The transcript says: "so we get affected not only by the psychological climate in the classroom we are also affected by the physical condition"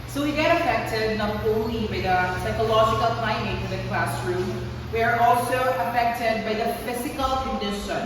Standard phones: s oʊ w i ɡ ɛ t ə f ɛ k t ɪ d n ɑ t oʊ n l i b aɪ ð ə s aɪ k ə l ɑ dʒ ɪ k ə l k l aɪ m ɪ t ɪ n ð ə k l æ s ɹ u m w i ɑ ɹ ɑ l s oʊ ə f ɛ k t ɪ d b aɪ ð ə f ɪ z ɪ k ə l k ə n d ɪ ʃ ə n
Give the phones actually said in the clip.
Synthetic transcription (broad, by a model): s oʊ w i ɡ ɛ t ə f ɛ k t ɪ d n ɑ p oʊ l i b aɪ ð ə s aɪ k ə l ɑ dʒ ɪ k ə l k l aɪ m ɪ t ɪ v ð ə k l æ s ɹ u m w i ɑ ɹ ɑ l s oʊ ə f ɛ k t ɪ d b aɪ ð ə f ɪ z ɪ k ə l k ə n d ɪ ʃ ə n